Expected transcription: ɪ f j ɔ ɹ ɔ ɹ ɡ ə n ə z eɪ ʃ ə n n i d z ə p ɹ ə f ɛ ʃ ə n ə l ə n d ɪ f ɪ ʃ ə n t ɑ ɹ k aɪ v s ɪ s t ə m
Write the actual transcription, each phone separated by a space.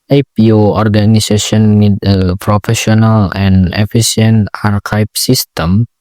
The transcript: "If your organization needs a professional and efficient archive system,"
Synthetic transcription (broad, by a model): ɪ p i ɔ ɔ ɹ ɡ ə n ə s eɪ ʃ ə n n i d ə p ɹ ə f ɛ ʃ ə n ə l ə n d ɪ f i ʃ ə n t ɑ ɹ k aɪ p s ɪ s t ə m